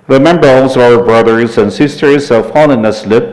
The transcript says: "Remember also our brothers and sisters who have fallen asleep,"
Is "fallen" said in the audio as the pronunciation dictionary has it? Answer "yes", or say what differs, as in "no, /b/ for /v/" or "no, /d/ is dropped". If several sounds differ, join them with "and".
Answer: no, /n/ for /l/